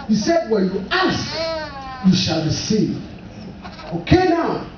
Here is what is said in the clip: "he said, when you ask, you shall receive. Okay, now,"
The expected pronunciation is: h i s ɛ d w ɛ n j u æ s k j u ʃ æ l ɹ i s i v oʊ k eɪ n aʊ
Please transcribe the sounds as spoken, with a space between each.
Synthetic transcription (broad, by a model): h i s ɛ d w ɛ n j u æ s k j u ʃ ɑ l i s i oʊ k eɪ n aʊ